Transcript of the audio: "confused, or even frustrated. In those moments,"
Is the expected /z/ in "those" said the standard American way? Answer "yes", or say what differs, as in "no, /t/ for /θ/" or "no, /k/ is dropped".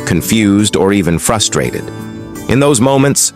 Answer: yes